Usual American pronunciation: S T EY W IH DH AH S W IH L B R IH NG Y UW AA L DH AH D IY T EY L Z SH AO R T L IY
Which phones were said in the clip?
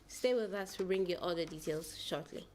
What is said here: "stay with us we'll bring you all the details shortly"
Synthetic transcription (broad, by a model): S T EY W IH DH AH S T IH B R IH NG Y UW AA L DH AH D IY T EY L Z SH AO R T L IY